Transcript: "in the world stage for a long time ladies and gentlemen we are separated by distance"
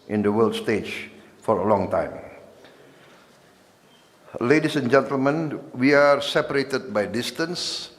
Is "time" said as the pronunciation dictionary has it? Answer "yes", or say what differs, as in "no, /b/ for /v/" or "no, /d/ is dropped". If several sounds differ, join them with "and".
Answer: yes